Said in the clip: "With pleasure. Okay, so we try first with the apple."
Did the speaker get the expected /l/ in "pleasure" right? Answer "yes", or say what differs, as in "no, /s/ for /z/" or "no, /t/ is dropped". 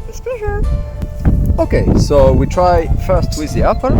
no, /l/ is dropped